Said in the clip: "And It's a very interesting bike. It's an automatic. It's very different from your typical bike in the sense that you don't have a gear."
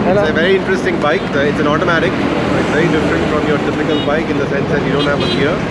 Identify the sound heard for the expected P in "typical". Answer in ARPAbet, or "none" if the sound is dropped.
F